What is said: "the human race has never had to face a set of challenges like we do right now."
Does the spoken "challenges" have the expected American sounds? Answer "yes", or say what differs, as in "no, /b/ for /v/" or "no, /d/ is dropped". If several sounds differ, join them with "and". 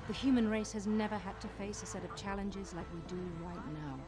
yes